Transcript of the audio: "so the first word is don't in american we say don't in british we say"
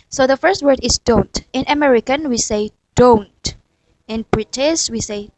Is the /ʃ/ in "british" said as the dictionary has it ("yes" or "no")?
no